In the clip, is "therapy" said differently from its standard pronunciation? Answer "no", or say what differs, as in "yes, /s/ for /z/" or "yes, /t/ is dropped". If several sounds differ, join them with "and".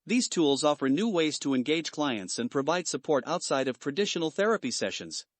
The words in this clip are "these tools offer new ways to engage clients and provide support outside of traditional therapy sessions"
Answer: no